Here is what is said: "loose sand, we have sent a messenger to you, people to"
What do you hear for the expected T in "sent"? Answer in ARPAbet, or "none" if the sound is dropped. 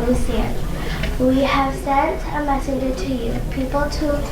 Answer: T